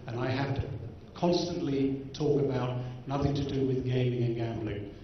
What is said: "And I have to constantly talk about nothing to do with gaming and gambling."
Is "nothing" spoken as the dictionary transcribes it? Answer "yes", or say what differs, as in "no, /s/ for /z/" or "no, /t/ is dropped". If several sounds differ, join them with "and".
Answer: yes